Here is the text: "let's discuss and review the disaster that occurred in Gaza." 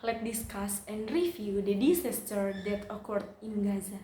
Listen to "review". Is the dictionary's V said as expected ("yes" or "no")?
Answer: no